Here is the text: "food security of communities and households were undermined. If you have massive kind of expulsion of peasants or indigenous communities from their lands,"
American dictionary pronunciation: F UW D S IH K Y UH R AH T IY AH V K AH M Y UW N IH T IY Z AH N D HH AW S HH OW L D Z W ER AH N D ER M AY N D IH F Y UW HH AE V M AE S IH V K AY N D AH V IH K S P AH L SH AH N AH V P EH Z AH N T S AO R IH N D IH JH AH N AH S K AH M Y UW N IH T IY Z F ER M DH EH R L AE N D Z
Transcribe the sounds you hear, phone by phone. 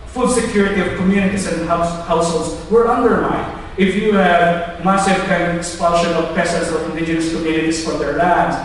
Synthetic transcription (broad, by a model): F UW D S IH K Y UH R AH T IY AH V K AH M Y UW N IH T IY S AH N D HH AW S HH OW L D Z W ER AH N D ER M AY N D IH F Y UW HH AE V M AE S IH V K AY N D AH V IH K S P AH N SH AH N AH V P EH S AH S AO R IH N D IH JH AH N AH S K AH M Y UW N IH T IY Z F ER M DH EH R L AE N D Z